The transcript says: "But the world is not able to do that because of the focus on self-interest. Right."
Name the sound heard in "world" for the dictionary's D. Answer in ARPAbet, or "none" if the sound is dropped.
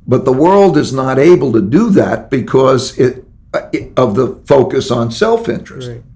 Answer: D